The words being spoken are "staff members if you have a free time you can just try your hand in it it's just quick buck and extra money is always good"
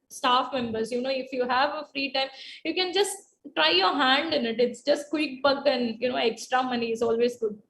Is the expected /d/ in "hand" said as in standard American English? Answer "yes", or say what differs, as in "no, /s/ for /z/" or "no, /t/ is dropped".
yes